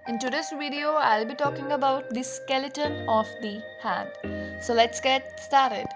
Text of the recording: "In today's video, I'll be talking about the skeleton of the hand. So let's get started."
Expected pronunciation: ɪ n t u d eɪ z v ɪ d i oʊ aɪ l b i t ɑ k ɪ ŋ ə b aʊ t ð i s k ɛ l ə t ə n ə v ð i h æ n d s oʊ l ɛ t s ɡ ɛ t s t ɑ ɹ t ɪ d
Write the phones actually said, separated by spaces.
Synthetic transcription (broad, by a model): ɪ n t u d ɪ s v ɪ d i oʊ aɪ l b i t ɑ k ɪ ŋ ə b aʊ t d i s k ɛ l ə t ə n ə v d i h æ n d s oʊ l ɛ t s ɡ ɛ t s t ɑ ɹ t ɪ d